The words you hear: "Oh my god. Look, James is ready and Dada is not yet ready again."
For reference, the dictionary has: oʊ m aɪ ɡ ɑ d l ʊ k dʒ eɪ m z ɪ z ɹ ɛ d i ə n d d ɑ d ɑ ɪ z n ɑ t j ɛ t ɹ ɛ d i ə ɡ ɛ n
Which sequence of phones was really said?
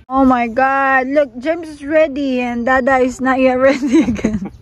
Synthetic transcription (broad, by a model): oʊ m aɪ ɡ ɑ d l ʊ k dʒ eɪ m s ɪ s ɹ ɛ d i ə n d d ɑ d ɑ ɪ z n ɑ t j ɛ t ɹ ɛ d i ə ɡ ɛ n